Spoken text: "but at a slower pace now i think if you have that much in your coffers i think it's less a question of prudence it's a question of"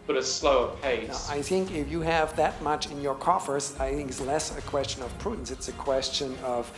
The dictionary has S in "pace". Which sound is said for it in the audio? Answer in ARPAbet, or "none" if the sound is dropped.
none